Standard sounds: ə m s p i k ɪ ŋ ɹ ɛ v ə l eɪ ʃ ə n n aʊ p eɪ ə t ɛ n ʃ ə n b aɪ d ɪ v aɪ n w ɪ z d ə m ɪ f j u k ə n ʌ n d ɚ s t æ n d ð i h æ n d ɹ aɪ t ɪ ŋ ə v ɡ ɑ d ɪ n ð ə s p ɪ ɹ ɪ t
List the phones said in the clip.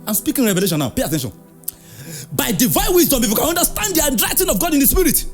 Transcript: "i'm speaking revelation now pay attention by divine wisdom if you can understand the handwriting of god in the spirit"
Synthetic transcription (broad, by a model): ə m s p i k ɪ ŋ ɹ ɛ v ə l eɪ ʃ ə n n aʊ p eɪ ə t ɛ n ʃ ə n b aɪ d ɪ v aɪ n w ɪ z d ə m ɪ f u k ə n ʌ n d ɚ s t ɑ n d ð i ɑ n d ɹ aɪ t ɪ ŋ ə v ɡ ɑ d ɪ n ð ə s p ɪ ɹ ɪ t